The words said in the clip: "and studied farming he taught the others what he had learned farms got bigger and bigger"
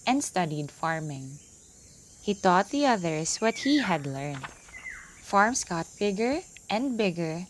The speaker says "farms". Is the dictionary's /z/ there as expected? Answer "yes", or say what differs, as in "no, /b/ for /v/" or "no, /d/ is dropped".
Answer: no, /s/ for /z/